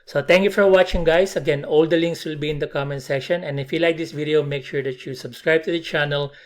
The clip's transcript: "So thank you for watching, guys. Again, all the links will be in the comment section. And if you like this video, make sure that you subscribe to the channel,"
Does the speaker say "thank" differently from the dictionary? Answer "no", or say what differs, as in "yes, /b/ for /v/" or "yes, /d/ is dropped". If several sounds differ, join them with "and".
yes, /t/ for /θ/